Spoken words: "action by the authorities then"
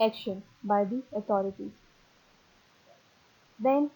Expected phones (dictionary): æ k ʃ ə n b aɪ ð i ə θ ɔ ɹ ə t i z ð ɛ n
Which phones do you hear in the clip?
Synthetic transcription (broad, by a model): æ k ʃ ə n b aɪ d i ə t ɔ ɹ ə t i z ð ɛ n